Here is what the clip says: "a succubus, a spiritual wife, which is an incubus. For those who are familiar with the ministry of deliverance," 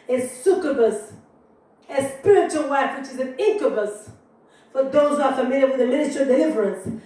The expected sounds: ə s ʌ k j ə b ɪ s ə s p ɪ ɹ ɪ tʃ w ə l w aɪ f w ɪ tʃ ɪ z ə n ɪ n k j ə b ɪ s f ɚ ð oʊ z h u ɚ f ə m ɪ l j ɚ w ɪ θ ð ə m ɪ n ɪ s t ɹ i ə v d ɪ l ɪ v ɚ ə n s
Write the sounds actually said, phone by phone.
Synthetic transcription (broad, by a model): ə s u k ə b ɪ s ə s p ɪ ɹ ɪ tʃ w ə l w aɪ f w ɪ tʃ ɪ z ə n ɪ k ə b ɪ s f ɚ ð oʊ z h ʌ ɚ f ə m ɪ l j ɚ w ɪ ð ə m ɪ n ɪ t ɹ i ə d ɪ l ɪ v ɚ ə n s